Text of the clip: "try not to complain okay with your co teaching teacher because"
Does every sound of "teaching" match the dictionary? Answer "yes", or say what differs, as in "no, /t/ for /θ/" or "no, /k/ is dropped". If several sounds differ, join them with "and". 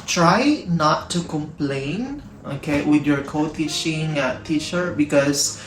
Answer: no, /ʃ/ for /tʃ/